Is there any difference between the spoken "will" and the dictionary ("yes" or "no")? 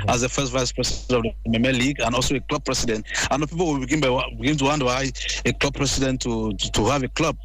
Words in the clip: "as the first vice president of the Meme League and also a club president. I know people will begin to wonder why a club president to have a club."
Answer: yes